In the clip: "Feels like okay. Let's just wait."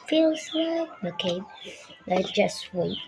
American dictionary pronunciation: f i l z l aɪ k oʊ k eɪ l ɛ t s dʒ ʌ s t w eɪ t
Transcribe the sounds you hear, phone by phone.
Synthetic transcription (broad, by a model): f i l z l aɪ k oʊ k eɪ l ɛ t dʒ ʌ s t w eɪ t